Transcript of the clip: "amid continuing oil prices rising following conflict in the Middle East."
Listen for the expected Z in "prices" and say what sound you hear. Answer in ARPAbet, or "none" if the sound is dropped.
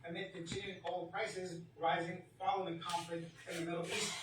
Z